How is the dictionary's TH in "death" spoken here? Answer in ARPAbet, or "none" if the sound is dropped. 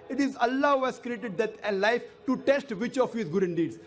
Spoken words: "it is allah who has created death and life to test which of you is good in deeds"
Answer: T